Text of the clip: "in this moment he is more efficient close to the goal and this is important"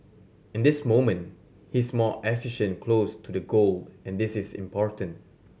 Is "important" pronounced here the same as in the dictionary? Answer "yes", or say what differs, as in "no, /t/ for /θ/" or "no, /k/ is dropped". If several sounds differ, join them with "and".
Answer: yes